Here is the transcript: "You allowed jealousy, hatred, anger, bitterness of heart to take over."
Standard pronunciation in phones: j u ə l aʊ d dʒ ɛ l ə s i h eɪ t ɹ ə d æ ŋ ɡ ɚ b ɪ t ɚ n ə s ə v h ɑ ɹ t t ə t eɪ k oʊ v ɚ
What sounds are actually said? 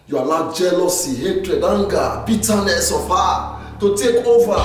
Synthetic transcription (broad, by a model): j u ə n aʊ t dʒ ɛ l ə s i h eɪ t ɹ ə d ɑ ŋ ɡ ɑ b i t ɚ n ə s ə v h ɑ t t ə t eɪ k oʊ v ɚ